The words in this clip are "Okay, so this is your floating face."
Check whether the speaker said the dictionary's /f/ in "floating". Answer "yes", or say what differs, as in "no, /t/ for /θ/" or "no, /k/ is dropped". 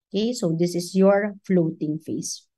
yes